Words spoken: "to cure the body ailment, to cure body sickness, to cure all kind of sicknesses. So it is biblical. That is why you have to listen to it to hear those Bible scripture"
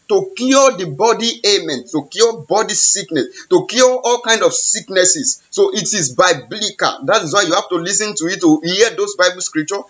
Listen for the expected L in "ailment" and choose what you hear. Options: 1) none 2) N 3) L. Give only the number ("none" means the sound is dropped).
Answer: 1